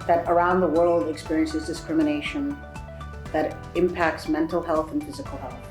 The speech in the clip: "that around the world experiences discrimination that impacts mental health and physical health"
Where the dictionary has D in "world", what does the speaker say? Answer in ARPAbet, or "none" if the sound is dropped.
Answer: D